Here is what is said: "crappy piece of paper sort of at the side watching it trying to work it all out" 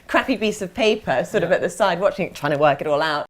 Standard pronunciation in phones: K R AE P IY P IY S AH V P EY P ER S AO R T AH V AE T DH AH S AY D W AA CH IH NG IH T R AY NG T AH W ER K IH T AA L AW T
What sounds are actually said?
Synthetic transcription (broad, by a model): K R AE P IY B IY S AH V P EY P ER S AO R T AH V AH T DH AH S AY D W AA CH IH NG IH T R AY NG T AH W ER K IH T AA L AW T